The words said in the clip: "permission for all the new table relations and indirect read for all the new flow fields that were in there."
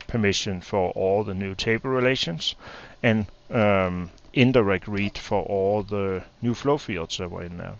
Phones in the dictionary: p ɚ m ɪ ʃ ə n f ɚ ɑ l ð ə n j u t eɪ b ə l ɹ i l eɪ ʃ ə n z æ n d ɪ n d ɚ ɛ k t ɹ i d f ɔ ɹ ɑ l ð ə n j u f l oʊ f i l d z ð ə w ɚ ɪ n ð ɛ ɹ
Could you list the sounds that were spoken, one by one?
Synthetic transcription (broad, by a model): p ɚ m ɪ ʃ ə n f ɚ ɑ l ð ə n j u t eɪ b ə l ɹ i l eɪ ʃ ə n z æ n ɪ n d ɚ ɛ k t ɹ i d f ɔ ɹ ɑ l ð ə n j u f l oʊ f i d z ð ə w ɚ ɪ n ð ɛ